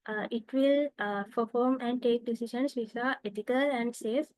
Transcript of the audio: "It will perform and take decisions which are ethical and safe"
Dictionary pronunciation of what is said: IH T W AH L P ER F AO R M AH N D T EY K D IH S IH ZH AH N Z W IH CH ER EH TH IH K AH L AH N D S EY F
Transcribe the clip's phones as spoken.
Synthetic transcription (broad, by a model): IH T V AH L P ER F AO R M AH N D T EY K D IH S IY SH AH N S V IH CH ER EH T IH K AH L AH N D S EY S